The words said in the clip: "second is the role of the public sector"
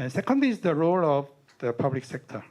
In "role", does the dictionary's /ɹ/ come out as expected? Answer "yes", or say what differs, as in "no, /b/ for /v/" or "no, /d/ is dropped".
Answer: yes